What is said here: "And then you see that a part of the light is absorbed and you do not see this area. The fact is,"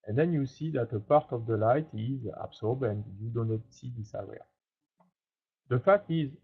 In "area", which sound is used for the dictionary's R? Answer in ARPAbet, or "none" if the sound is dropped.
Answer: W